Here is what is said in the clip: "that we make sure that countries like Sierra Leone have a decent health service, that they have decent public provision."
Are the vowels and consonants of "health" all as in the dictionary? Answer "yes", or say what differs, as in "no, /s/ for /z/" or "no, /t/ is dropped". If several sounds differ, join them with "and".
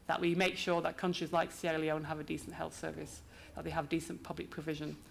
yes